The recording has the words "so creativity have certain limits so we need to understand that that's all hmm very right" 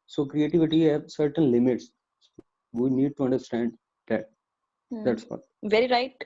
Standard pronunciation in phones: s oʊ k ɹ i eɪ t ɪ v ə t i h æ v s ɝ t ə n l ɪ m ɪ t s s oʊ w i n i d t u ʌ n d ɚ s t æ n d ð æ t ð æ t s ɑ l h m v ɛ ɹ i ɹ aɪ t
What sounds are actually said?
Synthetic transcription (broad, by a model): s oʊ k ɹ i eɪ t ɪ v ə t i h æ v s ɝ t ə n l ɪ m ɪ t s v i n i d t u ʌ n d ɚ s t æ n d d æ t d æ t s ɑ v ɛ ɹ i ɹ aɪ t